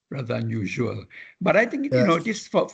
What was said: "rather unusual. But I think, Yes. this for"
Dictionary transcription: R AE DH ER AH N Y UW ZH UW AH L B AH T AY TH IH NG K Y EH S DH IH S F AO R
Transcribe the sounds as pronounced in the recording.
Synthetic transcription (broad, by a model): R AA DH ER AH N Y UW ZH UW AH L B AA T AY T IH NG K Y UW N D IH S F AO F